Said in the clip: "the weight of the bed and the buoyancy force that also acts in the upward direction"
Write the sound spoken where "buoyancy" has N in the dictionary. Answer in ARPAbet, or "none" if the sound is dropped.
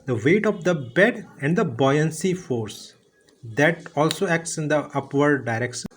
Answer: N